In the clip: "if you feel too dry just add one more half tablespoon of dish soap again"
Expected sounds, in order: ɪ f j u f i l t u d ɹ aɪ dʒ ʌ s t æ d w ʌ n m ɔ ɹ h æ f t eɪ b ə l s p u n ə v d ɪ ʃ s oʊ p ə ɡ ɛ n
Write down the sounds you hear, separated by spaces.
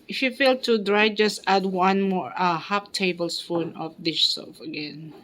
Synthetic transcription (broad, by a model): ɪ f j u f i l t u d ɹ aɪ dʒ ʌ s t æ d w ʌ n m ɔ ɹ h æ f t eɪ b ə l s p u n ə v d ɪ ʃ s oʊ f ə ɡ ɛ n